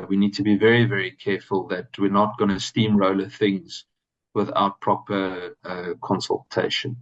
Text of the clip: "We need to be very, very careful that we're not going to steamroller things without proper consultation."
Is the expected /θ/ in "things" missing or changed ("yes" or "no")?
no